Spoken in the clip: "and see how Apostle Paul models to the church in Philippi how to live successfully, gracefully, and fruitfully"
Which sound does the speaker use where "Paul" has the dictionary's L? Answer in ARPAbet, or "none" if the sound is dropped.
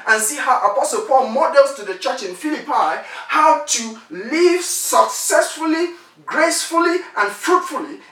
L